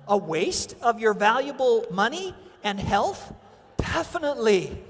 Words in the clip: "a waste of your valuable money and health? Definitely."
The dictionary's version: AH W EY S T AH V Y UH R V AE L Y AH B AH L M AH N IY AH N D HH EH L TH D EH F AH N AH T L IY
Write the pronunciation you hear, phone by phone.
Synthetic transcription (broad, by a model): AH W EY S T AH V Y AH R V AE L Y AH B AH L M AH N IY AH N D HH EH L TH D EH F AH N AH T L IY